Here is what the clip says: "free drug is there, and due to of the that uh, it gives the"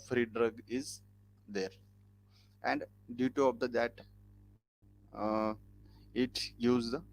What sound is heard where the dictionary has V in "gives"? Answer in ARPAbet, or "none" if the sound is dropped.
none